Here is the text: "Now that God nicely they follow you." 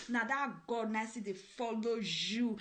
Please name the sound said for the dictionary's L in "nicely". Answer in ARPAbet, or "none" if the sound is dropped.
none